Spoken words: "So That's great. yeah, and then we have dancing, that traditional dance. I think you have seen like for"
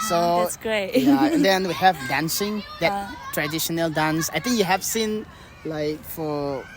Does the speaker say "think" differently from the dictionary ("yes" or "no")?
yes